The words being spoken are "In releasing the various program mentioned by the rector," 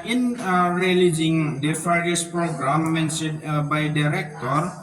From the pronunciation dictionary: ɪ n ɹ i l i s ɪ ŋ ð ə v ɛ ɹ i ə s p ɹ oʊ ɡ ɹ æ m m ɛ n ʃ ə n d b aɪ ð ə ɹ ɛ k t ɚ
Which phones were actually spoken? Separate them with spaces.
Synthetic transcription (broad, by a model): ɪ n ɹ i l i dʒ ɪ ŋ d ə f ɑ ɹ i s p ɹ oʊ ɡ ɹ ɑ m m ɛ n s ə d b aɪ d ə ɹ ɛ k t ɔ